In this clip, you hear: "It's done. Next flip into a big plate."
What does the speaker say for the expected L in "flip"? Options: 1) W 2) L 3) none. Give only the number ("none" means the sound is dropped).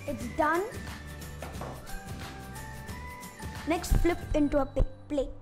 2